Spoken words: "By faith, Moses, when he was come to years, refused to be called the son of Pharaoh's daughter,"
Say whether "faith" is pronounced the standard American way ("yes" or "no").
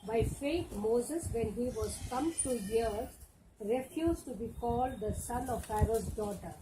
no